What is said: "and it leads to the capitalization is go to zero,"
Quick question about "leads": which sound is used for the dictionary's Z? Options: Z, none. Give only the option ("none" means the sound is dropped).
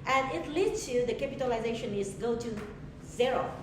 none